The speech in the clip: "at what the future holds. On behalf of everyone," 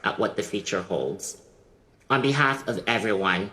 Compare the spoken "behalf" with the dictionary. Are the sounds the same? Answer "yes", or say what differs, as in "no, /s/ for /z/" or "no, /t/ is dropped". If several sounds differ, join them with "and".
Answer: yes